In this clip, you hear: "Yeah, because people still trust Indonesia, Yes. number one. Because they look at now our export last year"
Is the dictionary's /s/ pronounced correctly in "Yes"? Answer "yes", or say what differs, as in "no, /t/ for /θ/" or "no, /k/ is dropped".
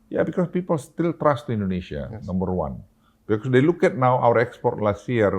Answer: no, /s/ is dropped